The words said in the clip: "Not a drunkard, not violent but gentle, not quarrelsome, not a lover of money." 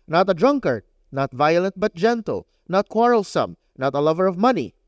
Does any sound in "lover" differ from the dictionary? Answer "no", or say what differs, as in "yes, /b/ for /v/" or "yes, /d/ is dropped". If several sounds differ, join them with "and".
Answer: no